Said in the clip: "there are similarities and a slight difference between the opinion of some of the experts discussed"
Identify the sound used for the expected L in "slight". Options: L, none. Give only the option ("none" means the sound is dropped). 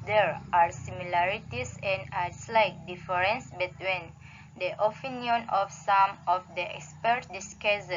L